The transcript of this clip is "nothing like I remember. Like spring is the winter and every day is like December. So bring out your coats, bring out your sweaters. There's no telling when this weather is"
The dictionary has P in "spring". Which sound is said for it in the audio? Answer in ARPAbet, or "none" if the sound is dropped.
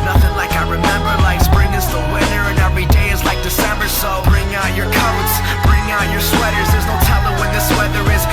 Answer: B